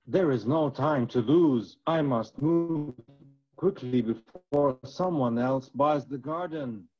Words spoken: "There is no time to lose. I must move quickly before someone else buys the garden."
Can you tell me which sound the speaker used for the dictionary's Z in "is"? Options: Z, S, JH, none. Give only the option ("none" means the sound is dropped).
Z